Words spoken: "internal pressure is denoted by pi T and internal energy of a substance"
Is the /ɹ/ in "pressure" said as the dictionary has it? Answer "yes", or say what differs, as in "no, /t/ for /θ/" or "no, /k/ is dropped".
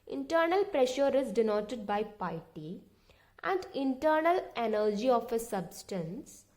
yes